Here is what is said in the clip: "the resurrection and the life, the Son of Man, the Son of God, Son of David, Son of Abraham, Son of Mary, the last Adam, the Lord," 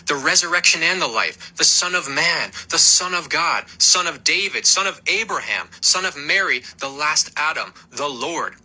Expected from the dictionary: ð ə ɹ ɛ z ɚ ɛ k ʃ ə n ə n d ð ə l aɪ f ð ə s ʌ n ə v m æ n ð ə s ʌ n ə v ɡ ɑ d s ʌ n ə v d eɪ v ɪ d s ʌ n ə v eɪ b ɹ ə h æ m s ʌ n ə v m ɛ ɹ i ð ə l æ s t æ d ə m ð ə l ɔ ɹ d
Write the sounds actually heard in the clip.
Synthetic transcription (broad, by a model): ð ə ɹ ɛ z ɚ ɛ k ʃ ə n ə n ð ə l aɪ f ð ə s ʌ n ə v m æ n ð ə s ʌ n ə v ɡ ɑ d s ʌ n ə v d eɪ v ɪ d s ʌ n ə v eɪ b ɹ ə h æ m s ʌ n ə v m ɛ ɹ i ð ə l æ s t æ d ə m ð ə l ɔ ɹ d